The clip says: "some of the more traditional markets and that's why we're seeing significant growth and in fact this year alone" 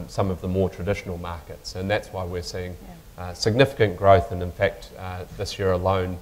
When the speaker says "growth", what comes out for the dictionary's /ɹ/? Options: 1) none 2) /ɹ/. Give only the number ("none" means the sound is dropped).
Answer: 2